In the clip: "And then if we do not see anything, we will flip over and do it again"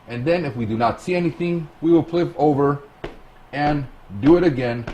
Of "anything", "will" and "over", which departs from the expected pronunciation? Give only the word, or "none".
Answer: none